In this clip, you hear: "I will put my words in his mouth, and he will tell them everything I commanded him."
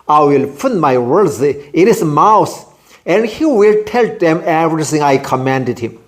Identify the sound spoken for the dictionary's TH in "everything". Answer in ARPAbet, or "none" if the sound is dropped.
S